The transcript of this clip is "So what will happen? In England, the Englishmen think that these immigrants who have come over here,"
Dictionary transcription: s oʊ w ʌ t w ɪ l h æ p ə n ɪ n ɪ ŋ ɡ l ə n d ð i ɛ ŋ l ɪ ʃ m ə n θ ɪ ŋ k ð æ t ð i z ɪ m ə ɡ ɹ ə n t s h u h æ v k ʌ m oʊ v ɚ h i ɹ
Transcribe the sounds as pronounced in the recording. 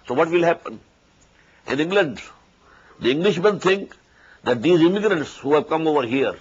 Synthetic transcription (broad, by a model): s oʊ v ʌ t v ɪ l h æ p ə n ɪ n ɪ ŋ ɡ l ə n d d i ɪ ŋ l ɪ ʃ m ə n t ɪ ŋ k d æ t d i z ɪ m ə ɡ ɹ ə n t s h u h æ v k ʌ m oʊ v ɚ h i ɹ